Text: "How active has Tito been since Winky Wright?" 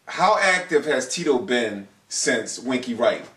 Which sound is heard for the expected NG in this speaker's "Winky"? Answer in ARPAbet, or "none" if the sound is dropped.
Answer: NG